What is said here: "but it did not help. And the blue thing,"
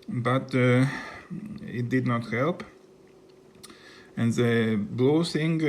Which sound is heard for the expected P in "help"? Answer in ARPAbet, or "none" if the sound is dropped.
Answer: P